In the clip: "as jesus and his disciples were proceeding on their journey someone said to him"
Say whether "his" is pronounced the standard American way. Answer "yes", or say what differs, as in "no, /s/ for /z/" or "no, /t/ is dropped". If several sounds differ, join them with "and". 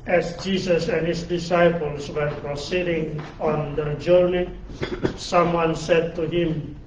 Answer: no, /s/ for /z/